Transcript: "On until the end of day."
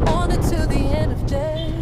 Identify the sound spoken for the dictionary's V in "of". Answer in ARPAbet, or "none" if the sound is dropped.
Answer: V